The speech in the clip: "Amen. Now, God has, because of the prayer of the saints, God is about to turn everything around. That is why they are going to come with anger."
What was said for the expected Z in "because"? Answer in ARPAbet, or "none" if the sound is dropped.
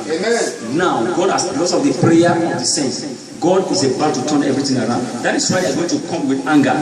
S